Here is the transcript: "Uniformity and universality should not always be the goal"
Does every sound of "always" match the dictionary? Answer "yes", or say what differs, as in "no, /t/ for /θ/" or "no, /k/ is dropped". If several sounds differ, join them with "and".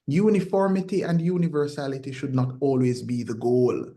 yes